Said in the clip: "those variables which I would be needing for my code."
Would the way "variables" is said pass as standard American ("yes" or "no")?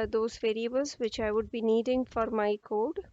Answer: yes